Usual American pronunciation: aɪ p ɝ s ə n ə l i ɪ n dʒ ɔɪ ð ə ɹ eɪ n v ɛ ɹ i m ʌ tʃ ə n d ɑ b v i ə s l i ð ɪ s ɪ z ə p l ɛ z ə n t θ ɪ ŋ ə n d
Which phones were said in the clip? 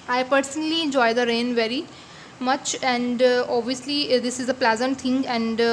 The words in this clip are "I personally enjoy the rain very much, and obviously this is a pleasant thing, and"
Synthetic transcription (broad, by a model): aɪ p ɝ s ə n ə l i ɪ n dʒ ɔɪ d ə ɹ eɪ n v ɛ ɹ i m ʌ tʃ ə n d ɑ b v i ə s l i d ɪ s ɪ z ə p l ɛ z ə n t t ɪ ŋ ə n d